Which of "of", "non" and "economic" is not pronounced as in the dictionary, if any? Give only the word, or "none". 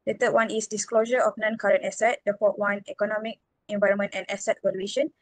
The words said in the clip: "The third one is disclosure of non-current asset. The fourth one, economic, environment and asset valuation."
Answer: of